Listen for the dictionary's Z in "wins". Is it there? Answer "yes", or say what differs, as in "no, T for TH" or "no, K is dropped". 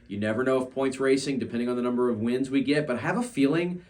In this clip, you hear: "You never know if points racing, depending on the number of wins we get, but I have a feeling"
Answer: yes